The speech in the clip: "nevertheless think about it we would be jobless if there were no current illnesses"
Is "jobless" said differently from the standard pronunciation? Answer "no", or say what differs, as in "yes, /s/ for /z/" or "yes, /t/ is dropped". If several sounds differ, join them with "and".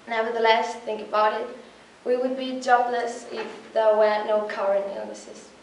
no